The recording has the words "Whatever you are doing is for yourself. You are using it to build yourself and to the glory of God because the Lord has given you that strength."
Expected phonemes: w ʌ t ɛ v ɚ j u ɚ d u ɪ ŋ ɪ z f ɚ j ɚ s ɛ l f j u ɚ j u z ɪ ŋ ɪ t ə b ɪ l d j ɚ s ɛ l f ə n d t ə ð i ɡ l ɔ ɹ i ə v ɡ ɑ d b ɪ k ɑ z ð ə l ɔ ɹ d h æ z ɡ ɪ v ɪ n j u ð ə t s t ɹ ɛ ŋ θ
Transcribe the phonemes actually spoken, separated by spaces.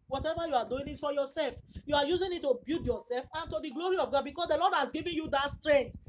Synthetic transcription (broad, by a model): w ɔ t ɛ v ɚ j u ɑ d u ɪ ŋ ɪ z f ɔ j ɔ s ɛ l f j u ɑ j u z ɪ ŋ ɪ t ə b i d j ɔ s ɛ l f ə n t ə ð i ɡ l ɔ ɹ i ə v ɡ ɑ d b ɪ k ɑ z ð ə l ɔ d h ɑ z ɡ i v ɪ n j u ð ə t s t ɹ ɛ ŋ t